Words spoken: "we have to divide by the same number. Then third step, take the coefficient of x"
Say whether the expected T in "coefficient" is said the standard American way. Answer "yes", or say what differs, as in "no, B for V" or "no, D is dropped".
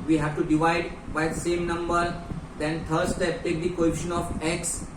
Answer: no, T is dropped